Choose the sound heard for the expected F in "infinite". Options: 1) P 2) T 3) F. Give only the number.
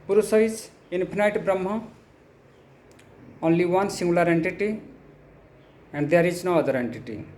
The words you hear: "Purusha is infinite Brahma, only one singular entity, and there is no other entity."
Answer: 1